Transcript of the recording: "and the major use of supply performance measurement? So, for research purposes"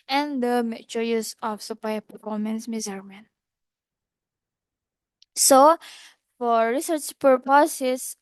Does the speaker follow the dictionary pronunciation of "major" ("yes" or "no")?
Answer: no